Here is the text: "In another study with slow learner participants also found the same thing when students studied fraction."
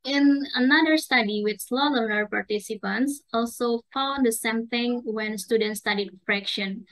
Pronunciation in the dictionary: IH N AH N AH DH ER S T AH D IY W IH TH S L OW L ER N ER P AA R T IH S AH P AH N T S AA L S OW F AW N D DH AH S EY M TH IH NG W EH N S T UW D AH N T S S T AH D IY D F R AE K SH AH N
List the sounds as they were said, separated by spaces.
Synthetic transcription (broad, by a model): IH N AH N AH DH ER S T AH D IY W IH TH S L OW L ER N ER P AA R T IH S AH P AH N T S AA L S OW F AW L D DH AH S EY M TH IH NG W EH N S T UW D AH N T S S T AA D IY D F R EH K SH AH N